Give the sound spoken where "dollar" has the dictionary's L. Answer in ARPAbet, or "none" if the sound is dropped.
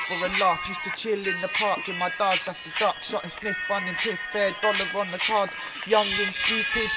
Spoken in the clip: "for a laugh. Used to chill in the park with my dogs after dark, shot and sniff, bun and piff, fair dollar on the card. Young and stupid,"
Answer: L